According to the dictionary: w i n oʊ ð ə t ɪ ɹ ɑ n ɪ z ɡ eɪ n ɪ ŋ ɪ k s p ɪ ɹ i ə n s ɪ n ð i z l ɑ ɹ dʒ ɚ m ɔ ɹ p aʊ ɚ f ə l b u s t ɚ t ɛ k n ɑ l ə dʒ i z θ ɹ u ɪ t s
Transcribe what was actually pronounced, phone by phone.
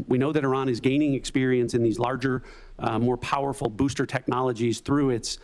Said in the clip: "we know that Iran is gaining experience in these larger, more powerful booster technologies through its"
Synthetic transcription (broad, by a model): w i n oʊ ð ə t ɪ ɹ ɑ n ɪ z ɡ eɪ n ɪ ŋ ɪ k s p ɪ ɹ i ə n s ɪ n ð i z l ɑ ɹ dʒ ɚ m ɔ ɹ p aʊ ɚ f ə l b u s t ɚ t ɛ k n ɑ l ə dʒ i z θ ɹ u ɪ t s